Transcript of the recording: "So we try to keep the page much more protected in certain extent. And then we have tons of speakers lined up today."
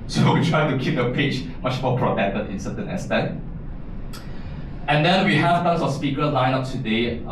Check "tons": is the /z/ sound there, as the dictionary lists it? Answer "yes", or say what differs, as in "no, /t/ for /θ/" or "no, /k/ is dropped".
no, /s/ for /z/